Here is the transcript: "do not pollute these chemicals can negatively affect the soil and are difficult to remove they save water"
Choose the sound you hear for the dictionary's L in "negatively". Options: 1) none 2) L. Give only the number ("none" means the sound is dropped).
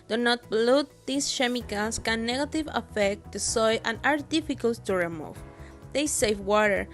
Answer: 1